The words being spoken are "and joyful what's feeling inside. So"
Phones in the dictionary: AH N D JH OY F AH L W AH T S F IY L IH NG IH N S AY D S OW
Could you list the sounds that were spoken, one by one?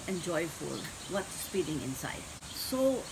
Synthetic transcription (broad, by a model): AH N JH OY F AH L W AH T S P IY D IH NG IH N S AY D S OW